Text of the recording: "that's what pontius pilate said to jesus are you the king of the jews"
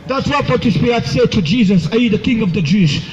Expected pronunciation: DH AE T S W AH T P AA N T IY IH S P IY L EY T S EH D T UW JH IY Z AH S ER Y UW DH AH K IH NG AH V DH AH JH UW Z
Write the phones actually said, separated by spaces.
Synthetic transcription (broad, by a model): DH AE T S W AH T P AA T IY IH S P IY EY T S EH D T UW JH IY Z AH S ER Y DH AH K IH NG AH V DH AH JH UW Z